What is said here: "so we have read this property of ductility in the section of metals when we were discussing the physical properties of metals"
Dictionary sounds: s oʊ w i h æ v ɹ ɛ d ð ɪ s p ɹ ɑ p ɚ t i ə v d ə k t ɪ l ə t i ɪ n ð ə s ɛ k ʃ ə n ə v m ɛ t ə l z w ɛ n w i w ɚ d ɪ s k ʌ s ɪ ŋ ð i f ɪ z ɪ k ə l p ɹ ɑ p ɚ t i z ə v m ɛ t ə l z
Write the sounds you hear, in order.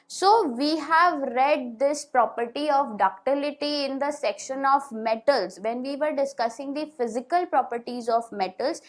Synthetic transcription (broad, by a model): s oʊ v i h æ v ɹ ɛ d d ɪ s p ɹ ɑ p ɚ t i ə v d ə k t ɪ l ə t i ɪ n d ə s ɛ k ʃ ə n ə v m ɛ t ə l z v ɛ n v i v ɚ d ɪ s k ʌ s ɪ ŋ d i f ɪ z ɪ k ə l p ɹ ɑ p ɚ t i z ə v m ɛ t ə l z